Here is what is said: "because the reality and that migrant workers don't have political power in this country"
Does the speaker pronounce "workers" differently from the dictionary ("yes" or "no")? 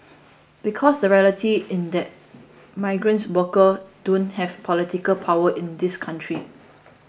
yes